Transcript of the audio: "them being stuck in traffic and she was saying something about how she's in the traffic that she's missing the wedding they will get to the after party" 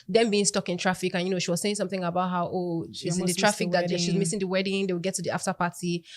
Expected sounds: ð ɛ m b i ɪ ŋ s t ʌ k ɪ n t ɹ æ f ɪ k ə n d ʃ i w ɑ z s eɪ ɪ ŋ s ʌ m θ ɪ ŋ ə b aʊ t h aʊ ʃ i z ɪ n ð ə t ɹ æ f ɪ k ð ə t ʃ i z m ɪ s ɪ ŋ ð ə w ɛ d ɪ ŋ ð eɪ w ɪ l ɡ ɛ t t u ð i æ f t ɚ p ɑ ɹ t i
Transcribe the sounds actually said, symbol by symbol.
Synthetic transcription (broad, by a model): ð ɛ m b i ɪ ŋ s t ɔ k ɪ n t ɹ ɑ f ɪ k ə n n ʃ i w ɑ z s eɪ ɪ ŋ s ʌ m θ ɪ ŋ ə b aʊ t h aʊ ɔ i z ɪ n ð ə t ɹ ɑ f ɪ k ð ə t ʃ i z m ɪ s ɪ ŋ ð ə w ɛ d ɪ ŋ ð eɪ w ɪ l ɡ ɛ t t u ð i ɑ f t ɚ p ɑ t i